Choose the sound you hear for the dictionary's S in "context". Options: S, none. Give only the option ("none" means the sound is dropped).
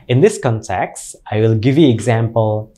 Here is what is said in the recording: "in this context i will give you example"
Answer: S